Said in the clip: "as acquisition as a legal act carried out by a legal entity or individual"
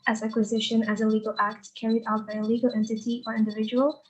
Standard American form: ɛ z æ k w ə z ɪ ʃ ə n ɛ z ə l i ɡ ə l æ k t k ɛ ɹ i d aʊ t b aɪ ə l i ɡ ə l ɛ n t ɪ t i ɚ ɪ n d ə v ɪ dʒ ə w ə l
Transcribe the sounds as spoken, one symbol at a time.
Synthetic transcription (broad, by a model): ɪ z æ k w ə z ɪ ʃ ə n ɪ z ə l i ɡ ə l æ k t k ɛ ɹ i d aʊ t b aɪ ə l i ɡ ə l ɛ n t ɪ t i ɚ ɪ n d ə v ɪ dʒ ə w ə l